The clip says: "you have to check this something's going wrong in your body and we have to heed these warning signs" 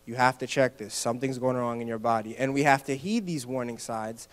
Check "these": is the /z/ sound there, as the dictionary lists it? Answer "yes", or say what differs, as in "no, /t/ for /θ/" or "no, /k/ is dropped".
yes